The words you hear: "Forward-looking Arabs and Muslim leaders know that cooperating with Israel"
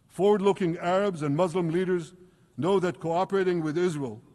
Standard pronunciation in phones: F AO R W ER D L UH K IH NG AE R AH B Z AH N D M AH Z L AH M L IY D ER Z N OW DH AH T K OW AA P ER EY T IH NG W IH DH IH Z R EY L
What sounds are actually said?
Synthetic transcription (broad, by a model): F AO R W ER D L UH K IH NG AE R AH B Z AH N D M AH Z L AH M L IY D ER Z N OW DH AH T K OW AA P ER EY T IH NG W IH DH IH Z R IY L